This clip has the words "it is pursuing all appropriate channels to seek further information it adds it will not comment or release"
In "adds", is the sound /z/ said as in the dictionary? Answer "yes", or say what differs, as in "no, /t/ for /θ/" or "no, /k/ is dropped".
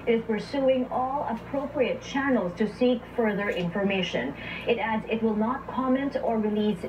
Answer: yes